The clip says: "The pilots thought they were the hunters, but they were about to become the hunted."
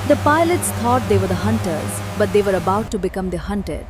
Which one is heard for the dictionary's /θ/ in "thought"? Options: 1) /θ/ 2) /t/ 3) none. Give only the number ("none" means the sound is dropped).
2